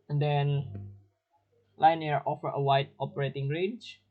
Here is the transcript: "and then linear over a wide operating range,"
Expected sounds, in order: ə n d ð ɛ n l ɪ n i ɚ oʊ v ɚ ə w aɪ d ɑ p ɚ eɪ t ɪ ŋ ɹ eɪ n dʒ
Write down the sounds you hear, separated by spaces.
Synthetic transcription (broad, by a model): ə n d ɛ n l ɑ n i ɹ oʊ f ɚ ə w aɪ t ɑ p ɚ eɪ t ɪ ŋ ɹ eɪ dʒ